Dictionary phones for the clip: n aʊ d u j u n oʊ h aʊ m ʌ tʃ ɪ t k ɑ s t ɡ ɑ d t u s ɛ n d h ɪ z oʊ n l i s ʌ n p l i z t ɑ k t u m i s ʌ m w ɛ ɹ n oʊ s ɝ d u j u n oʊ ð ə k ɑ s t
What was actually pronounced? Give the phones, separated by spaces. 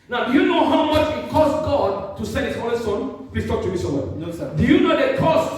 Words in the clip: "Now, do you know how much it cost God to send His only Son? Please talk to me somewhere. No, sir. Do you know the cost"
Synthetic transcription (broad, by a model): n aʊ d u j u n oʊ h aʊ m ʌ tʃ ɪ t k ɑ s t ɡ ɑ d t u s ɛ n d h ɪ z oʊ l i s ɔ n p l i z t ɑ k t u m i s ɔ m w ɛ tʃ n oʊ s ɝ d u j u n oʊ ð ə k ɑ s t